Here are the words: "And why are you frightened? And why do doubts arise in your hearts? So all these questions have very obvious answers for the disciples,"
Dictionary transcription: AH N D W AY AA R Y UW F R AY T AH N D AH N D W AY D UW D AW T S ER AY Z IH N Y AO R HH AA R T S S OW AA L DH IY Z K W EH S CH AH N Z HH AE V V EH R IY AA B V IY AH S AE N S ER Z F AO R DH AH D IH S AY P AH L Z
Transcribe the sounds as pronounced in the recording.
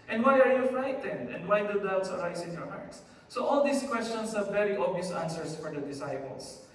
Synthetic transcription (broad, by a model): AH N D W AY AA R Y UW F R AY T AH N D AH N D W AY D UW D AW T S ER AY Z IH N Y AO R HH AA R T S S OW AA L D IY S K W EH S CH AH N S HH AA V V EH R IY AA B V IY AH S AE N S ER S F AO R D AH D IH S AY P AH L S